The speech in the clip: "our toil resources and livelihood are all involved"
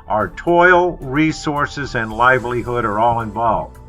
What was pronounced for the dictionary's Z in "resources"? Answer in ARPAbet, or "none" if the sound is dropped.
Z